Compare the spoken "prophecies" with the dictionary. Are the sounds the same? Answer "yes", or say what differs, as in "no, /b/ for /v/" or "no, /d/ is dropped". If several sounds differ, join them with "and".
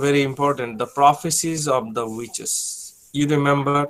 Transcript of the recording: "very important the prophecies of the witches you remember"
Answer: yes